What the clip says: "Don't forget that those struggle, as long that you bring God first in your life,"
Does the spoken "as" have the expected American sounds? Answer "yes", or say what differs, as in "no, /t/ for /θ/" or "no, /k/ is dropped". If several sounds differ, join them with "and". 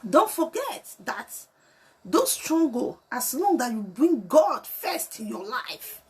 no, /s/ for /z/